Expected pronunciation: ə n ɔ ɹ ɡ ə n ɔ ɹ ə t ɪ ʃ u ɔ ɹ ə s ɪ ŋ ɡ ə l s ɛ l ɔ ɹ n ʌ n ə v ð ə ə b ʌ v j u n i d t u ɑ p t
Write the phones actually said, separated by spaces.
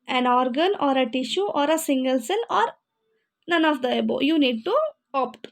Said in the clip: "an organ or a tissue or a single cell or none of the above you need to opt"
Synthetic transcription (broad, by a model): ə n ɔ ɹ ɡ ə n ɔ ɹ ə t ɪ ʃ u ɔ ɹ ə s ɪ ŋ ɡ ə l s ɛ n ɔ ɹ n ʌ n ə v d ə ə b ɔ j u n i d t u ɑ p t